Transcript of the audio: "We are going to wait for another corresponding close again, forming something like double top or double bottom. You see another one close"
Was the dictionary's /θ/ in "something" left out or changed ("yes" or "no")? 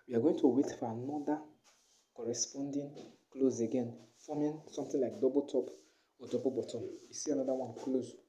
yes